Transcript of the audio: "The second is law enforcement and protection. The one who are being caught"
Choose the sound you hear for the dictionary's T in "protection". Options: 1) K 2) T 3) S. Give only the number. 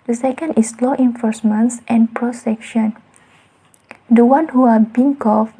3